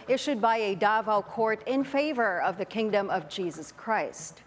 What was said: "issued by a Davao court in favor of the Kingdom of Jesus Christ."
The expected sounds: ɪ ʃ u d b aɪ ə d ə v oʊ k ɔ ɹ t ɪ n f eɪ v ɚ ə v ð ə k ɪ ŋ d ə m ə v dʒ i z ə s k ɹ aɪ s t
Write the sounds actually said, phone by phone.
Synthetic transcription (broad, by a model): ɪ ʃ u d b aɪ ə d ə v oʊ k ɔ ɹ t ɪ n f eɪ v ɚ ə v ð ə k ɪ ŋ d ə m ə v dʒ i z ə s k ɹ aɪ s t